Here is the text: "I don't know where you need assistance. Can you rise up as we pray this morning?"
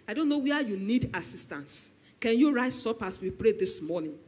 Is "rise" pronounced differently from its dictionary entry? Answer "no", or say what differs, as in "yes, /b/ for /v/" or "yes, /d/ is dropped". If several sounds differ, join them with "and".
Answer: yes, /s/ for /z/